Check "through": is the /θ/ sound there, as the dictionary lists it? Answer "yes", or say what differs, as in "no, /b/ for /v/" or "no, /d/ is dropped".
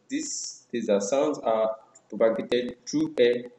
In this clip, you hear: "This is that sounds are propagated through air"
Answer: no, /t/ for /θ/